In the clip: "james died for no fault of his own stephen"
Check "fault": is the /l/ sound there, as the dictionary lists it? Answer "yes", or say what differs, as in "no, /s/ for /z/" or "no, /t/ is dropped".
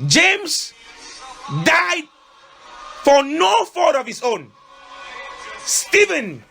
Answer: no, /l/ is dropped